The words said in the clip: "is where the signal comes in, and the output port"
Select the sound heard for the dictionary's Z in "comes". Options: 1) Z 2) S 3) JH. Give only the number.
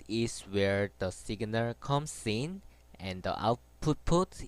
2